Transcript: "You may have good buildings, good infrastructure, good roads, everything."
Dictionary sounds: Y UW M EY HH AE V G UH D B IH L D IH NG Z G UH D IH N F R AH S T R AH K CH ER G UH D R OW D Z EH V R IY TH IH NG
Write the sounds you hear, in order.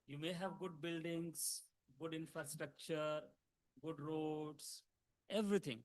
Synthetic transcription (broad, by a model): Y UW M EY HH AE V G UH D B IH L D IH NG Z G UH D IH N F R AH S T R AH K CH ER G UH D R OW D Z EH V R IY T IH NG